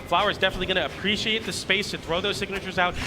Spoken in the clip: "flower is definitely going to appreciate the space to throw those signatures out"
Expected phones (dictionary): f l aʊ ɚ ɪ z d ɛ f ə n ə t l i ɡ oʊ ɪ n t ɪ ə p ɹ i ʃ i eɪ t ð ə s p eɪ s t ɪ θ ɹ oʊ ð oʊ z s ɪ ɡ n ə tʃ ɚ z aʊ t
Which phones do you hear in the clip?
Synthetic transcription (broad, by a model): f l aʊ ɚ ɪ z d ɛ f ə n ə t l i ɡ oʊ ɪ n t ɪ ə p ɹ i ʃ i eɪ t ð ə s p eɪ s t ɪ θ ɹ oʊ ð oʊ z s ɪ ɡ n ə tʃ ɚ z aʊ t